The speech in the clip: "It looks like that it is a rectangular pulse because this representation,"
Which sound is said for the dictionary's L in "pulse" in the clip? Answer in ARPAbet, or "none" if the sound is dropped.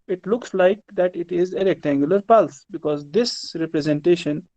L